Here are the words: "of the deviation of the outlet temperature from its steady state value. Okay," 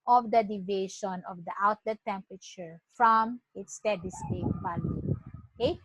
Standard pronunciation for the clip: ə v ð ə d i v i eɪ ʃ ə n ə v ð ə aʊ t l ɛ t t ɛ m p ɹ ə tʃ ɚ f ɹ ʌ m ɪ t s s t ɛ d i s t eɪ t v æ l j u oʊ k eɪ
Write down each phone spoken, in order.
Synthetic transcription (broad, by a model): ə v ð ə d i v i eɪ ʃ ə n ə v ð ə aʊ t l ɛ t t ɛ m p ɹ ə tʃ ɚ f ɹ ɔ m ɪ t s s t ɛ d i s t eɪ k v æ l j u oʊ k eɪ